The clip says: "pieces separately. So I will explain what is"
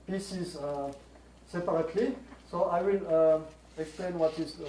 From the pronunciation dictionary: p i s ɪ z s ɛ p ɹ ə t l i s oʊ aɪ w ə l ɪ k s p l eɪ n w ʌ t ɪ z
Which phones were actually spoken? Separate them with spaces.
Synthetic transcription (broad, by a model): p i s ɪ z s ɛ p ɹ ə t l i s oʊ aɪ w ə l ɪ k s p l eɪ n w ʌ t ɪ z